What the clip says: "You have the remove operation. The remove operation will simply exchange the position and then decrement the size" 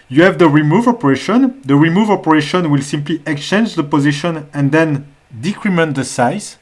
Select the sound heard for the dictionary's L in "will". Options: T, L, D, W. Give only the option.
L